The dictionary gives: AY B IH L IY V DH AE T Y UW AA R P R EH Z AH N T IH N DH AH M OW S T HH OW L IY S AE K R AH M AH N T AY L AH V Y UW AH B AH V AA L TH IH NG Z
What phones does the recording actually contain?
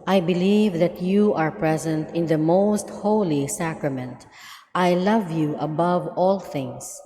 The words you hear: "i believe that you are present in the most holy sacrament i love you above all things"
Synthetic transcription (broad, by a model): AY B IH L IY V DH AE T Y UW AA R P R EH Z AH N T IH N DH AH M OW S T HH OW L IY S AE K R AH M AH N T AY L AH V Y UW AH B AH V AA L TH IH NG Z